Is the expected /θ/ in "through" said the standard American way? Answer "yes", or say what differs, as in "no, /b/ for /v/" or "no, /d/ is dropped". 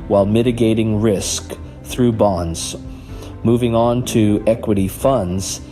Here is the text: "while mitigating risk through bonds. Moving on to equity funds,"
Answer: yes